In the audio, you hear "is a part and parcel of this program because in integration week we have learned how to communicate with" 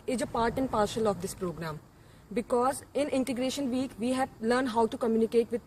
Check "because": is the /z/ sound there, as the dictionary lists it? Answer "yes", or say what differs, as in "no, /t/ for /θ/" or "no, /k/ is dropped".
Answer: yes